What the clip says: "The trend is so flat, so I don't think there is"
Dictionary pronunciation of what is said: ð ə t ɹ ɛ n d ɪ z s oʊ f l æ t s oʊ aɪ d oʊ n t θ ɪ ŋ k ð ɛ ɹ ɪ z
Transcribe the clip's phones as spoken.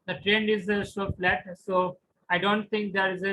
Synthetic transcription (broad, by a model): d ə t ɹ ɛ n d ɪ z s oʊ f l æ t s oʊ aɪ d oʊ n t t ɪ ŋ k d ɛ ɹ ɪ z